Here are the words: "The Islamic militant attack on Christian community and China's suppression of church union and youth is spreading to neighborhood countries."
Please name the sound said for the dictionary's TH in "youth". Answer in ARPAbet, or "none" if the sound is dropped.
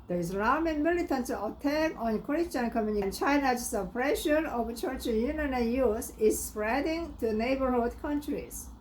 S